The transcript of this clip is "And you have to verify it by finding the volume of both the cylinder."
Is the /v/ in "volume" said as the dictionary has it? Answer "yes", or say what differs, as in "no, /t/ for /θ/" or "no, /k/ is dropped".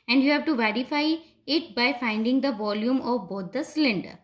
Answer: yes